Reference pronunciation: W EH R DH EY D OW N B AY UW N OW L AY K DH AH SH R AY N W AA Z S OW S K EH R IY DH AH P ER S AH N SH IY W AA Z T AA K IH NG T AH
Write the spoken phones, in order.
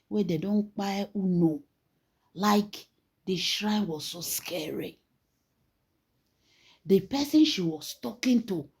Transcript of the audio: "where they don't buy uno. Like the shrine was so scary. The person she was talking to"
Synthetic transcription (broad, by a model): W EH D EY D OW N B AY UW N OW L AY K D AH SH R AY N W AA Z S OW S K EH R IY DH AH P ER S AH N SH IY W AA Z T AA K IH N T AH